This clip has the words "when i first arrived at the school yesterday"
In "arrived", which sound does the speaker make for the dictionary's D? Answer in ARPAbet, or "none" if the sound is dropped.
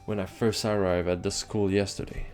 none